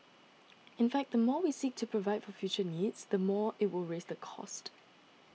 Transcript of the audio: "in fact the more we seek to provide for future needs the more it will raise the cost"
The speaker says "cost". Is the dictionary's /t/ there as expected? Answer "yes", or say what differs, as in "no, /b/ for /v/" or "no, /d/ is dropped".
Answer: yes